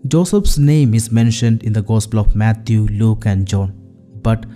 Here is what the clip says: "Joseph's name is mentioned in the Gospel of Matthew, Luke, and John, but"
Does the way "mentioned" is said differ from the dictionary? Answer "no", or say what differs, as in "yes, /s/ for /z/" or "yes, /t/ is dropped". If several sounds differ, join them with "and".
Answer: no